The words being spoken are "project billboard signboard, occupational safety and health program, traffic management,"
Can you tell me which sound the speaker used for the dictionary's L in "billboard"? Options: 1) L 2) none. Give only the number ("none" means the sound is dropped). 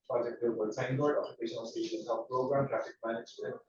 2